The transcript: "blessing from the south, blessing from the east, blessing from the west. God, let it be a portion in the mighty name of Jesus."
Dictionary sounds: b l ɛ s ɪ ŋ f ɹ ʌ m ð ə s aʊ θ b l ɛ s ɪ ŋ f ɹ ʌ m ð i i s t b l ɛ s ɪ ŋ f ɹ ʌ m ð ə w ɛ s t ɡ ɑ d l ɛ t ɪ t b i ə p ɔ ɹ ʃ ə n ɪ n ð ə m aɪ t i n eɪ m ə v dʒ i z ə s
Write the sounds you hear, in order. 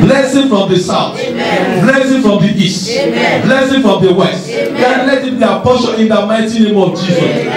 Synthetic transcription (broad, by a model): l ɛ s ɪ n f ɹ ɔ m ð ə s aʊ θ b l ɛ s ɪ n f ɹ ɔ m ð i i s t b l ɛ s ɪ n f ɹ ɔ m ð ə w ɛ s t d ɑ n l ɛ t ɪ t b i ə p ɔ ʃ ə ɪ n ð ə m aɪ t i n eɪ m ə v dʒ i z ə s